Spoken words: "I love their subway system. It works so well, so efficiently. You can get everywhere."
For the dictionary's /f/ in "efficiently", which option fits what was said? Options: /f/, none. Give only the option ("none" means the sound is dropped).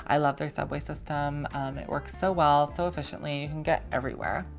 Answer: /f/